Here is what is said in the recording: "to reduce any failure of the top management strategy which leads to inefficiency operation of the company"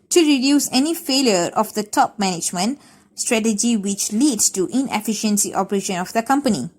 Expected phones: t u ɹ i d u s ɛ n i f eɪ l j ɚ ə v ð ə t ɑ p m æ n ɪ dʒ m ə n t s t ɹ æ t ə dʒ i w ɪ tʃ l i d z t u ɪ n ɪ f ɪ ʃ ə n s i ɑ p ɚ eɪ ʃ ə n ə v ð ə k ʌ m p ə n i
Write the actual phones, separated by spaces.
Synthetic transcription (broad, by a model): t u ɹ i d u s ɛ n i f eɪ l j ɚ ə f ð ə t ɑ p m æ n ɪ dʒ m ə n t s t ɹ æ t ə dʒ i w ɪ tʃ l i d s t u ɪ n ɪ f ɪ ʃ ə n s i ɑ p ɚ eɪ ʃ ə n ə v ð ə k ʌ m p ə n i